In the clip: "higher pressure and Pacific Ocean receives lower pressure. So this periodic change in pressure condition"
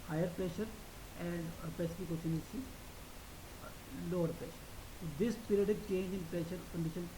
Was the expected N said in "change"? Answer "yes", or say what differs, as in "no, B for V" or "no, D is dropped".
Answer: yes